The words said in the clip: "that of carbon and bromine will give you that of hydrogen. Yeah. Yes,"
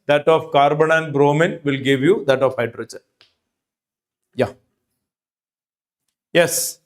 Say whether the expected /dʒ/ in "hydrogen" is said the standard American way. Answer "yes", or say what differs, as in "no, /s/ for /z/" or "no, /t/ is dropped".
no, /tʃ/ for /dʒ/